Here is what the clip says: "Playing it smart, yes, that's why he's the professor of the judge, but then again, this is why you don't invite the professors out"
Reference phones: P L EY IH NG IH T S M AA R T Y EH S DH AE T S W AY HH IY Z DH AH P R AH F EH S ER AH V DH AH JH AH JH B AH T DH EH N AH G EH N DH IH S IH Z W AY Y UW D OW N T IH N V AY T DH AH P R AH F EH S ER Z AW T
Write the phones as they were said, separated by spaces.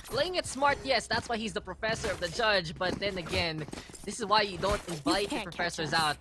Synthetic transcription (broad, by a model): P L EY IH NG IH T S M AA R T Y EH S DH AE T S W AY HH IY Z DH AH P R AH F EH S ER AH V DH AH JH AH JH B AH T DH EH N AH G EH N DH IH S IH Z W AY Y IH D OW N T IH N V AY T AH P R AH F EH S ER Z AW T